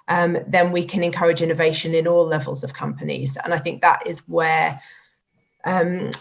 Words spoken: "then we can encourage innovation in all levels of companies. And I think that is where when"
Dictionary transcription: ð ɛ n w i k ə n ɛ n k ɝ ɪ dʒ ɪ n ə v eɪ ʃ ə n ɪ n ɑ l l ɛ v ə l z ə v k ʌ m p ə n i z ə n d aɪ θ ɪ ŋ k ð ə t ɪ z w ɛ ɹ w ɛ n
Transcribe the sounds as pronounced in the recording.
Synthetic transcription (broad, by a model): ð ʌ n w i k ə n ɛ n k ɝ ɪ dʒ ɪ n ə v eɪ ʃ ə n ɪ n ɑ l l ɛ v ə l z ə v k ʌ m p ə n i z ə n aɪ θ ɪ ŋ k ð ə t ɪ z w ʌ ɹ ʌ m